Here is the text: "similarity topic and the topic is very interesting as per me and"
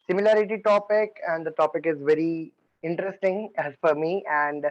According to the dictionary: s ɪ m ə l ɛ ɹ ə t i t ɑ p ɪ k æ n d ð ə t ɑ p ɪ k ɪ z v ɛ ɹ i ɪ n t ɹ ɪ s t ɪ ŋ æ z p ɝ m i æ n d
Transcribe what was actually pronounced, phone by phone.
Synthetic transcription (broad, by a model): s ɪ m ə l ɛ ɹ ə t i t ɑ p ɪ k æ n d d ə t ɑ p ɪ k ɪ z v ɛ ɹ i ɪ n t ɹ ɪ s t ɪ ŋ æ z f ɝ m i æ n d